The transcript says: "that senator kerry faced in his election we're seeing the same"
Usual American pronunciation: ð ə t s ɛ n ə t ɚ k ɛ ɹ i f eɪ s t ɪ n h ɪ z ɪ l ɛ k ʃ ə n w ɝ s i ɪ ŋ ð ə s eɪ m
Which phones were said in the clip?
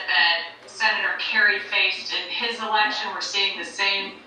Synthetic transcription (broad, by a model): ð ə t s ɛ n ə t ɚ k ɛ ɹ i f eɪ s t ɪ n ɪ z ɪ l ɛ k ʃ ə n w ɝ s i ɪ ŋ ð ə s eɪ m